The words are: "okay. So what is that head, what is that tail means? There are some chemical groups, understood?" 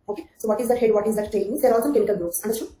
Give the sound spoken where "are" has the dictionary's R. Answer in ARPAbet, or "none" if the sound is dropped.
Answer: L